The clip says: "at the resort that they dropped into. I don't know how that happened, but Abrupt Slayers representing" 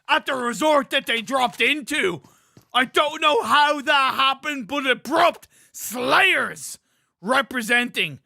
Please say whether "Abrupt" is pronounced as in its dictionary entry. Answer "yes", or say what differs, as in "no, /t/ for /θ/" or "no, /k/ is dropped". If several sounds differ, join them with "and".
yes